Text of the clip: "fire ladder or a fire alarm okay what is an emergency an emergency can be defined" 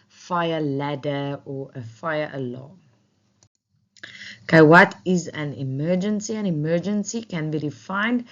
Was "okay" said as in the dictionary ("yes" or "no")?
no